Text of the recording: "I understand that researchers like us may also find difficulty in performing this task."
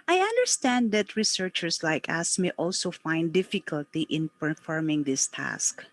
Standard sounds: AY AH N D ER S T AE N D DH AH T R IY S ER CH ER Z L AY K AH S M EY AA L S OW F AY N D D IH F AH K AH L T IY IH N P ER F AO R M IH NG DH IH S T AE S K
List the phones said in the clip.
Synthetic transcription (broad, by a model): AY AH N D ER S T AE N D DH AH T R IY S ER CH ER S L AY K AH S M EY AA L S OW F AY N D D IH F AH K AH L T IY IH N P ER F AO R M IH NG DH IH S T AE S K